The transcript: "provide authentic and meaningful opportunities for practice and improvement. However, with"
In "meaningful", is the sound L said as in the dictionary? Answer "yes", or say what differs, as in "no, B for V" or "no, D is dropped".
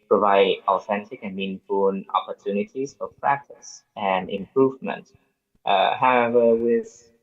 no, N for L